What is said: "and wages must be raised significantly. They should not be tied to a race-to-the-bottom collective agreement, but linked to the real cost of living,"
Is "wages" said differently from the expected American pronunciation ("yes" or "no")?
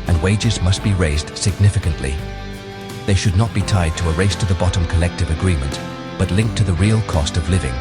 no